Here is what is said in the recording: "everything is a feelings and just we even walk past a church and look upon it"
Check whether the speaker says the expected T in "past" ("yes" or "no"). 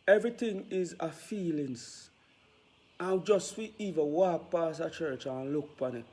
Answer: no